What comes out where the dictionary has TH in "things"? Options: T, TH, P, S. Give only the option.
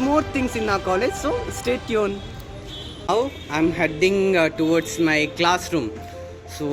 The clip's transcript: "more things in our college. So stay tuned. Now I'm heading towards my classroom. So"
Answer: T